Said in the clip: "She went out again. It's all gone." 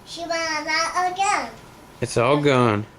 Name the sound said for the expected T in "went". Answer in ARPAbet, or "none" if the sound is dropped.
none